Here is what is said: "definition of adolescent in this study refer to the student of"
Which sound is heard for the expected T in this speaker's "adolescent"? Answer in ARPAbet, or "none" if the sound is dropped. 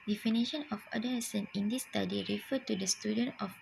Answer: none